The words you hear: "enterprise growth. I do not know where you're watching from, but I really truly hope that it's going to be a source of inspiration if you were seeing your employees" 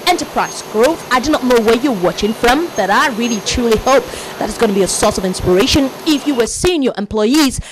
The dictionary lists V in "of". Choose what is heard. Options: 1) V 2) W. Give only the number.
1